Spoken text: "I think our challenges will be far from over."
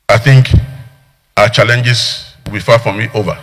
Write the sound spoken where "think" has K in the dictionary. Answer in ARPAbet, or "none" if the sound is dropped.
K